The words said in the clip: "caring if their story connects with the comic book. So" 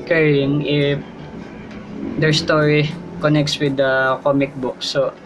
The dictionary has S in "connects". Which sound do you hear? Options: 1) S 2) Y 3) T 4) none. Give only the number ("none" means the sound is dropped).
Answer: 1